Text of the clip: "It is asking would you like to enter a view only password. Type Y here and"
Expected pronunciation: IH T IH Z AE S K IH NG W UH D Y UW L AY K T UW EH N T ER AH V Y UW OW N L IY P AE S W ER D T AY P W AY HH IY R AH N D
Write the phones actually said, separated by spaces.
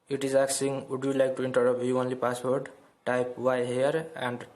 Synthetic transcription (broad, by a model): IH T IH Z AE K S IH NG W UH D Y UW L AY K T UW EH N T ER AH P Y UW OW N L IY P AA S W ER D T AY P W AY HH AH R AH N D